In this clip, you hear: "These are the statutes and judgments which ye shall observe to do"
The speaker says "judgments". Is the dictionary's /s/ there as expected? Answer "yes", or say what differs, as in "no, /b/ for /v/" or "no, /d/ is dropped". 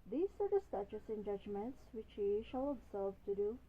yes